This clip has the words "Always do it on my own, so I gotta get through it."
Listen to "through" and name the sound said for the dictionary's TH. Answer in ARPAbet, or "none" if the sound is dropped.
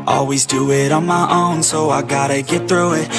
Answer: TH